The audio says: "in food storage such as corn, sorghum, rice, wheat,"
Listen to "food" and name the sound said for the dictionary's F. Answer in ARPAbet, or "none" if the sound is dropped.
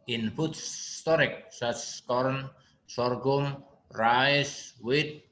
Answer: P